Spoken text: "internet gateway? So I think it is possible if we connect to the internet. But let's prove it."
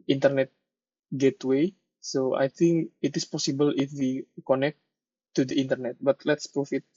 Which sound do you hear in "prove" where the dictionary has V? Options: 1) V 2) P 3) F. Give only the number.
3